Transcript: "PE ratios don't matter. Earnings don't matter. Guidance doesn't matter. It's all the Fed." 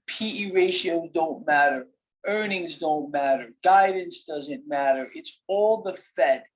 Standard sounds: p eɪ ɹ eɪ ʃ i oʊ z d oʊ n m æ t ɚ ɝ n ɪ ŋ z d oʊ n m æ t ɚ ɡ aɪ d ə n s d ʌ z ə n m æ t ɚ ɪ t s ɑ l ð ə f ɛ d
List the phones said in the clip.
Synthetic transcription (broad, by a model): p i ɹ eɪ ʃ i oʊ z d oʊ n m æ t ɚ ɝ n ɪ ŋ z d oʊ n m æ t ɚ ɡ aɪ d n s d ʌ z ə n m æ t ɚ ɪ t s ɑ l ð ə f ɛ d